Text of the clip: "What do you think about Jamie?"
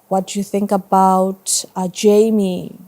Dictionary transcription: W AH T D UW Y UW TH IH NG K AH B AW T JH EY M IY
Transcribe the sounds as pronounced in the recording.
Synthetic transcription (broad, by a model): W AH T D UW Y UW TH IH NG K AH B AW T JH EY M IY